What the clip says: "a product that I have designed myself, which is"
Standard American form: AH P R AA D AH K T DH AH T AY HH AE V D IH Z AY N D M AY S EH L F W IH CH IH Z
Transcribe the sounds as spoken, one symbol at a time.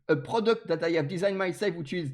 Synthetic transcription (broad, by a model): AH P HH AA D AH K T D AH T AY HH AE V D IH Z AY N M AY S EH L F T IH IH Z